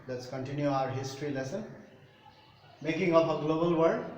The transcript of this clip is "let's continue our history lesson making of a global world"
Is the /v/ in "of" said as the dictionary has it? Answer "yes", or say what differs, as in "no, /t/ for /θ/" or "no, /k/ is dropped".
no, /p/ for /v/